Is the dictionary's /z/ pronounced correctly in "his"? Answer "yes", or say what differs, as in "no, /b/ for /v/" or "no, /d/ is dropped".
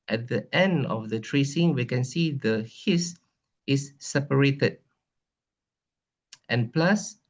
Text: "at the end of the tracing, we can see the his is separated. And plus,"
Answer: no, /s/ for /z/